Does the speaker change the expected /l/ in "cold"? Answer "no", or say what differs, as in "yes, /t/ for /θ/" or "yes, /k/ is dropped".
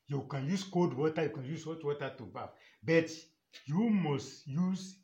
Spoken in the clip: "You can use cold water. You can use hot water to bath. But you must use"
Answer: yes, /l/ is dropped